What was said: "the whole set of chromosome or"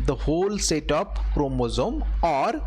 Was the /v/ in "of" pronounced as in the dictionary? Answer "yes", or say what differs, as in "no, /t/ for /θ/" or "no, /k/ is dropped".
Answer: no, /p/ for /v/